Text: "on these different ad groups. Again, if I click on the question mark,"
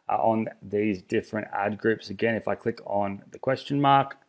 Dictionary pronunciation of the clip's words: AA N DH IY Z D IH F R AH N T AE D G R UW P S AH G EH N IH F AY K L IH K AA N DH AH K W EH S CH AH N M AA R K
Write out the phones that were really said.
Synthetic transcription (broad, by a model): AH N DH IY Z D IH F R AH N T AE D G R UW P S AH G EH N IH F AY K L IH K N DH AH K W EH S CH AH N M AA R K